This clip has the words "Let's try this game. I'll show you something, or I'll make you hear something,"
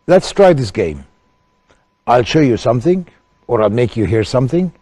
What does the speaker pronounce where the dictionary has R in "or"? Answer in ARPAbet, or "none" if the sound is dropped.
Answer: R